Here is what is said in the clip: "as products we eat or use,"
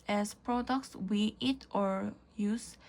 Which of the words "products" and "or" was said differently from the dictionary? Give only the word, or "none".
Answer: none